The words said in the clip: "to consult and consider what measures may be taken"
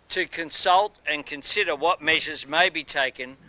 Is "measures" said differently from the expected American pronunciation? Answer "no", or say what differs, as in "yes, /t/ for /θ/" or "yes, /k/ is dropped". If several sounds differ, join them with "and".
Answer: no